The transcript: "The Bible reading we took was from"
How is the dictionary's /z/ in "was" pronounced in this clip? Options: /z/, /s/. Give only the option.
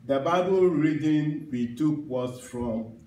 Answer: /s/